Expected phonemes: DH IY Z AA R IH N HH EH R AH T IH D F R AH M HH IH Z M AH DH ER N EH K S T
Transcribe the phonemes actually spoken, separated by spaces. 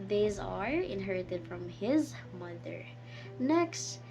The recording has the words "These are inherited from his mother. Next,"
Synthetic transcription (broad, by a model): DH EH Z AA R IH N HH EH R AH T IH D F R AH M HH IH Z M AH DH ER N EH K S T